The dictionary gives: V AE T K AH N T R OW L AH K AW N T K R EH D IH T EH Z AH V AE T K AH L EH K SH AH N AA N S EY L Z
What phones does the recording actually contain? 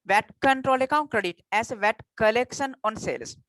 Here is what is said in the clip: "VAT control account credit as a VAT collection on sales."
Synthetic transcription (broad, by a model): V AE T K AH N T R OW L AH K AW N T K R EH D IH T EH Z V AE T K AH L EH K SH AH N AA N S EY L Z